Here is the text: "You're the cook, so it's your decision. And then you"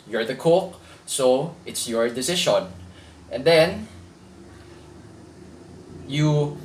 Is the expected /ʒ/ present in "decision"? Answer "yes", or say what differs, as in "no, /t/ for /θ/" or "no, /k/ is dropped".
no, /ʃ/ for /ʒ/